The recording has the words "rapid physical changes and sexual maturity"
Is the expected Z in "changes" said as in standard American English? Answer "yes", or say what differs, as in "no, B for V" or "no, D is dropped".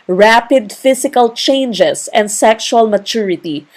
no, S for Z